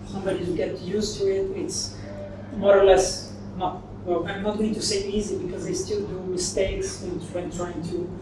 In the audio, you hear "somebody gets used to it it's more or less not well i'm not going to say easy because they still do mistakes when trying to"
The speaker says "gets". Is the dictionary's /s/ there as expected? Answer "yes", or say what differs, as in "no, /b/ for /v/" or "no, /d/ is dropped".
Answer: no, /s/ is dropped